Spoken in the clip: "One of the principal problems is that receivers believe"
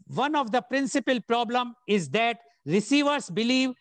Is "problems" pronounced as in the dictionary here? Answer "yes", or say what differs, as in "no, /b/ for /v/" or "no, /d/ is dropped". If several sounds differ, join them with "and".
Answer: no, /z/ is dropped